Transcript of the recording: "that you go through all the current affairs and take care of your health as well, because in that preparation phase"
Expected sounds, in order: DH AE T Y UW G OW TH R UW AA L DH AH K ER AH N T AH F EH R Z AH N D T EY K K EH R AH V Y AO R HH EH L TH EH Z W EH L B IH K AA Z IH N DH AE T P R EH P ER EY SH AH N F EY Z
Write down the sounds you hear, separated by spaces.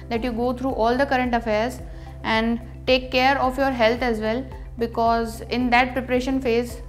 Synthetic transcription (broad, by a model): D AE T Y UW G OW T R UW AA L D AH K ER AH N T AH F EH R Z AH N D T EY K K EH R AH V Y AO R HH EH L T EH Z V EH L B IH K AA Z IH N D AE T P R EH P ER EY SH AH N F EY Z